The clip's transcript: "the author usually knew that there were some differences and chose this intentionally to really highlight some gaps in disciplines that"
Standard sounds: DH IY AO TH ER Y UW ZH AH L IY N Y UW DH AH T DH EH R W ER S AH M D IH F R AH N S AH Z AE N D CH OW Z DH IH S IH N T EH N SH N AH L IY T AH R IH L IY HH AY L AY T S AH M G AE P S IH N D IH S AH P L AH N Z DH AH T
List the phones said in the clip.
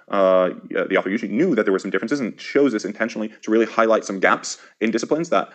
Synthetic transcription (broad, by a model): DH IY AO TH ER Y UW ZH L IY N Y UW DH AH T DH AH W ER S AH M D IH F R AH N S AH Z N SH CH OW Z DH IH S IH N T EH N SH N L IY T AH R IH L IY HH AY L AY T S AH M G AE P S IH N D IH S AH P L AH N Z DH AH T